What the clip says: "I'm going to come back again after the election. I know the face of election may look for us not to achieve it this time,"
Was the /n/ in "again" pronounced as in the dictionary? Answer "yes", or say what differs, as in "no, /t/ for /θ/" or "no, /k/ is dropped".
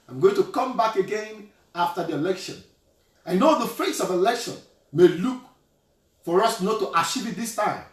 yes